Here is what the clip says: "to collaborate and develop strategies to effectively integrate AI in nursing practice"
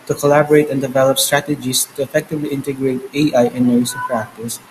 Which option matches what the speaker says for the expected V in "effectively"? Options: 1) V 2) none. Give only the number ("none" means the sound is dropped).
1